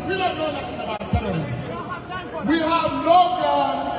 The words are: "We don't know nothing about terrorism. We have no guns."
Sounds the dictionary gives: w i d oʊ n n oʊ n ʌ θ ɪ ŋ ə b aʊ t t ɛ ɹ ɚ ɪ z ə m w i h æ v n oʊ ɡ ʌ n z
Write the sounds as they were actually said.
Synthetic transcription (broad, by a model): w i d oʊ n n oʊ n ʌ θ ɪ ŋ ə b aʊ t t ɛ l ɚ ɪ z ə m w i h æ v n oʊ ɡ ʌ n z